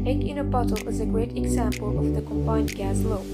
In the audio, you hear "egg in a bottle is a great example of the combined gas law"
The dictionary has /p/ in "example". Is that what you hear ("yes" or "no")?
yes